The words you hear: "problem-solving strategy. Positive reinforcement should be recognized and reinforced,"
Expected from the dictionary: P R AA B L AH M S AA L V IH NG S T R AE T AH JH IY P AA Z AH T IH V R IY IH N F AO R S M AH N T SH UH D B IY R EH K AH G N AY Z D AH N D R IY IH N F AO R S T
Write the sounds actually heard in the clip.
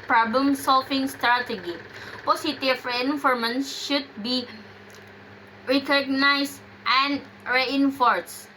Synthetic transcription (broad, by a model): P R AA B L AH M S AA L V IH NG S T R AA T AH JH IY P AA S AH T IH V R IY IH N F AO R M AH N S SH UH D B IY R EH K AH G N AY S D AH N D R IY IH N F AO R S